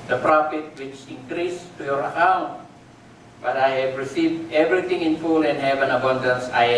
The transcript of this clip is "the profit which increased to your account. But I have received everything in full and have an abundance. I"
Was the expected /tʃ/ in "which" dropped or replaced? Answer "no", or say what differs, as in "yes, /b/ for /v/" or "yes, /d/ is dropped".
no